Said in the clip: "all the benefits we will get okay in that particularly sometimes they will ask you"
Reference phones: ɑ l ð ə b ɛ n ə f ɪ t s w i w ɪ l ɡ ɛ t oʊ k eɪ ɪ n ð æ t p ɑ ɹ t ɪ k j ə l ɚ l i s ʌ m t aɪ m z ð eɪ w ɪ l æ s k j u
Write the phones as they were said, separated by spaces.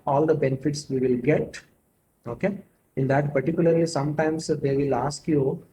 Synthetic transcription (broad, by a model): ɑ l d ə b ɛ n ə f ɪ t s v i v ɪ l ɡ ɛ t oʊ k eɪ ɪ n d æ t p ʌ ɹ t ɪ k j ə l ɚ l i s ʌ m t aɪ m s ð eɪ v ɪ l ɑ s k j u